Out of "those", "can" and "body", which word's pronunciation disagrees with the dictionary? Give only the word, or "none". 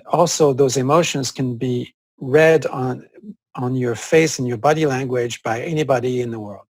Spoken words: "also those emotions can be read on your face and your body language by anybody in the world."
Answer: none